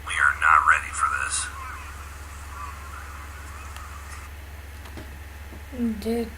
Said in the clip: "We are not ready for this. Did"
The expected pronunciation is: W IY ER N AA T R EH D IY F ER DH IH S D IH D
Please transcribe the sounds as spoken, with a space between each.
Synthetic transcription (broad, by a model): W IY ER N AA T R EH D IY F ER DH IH S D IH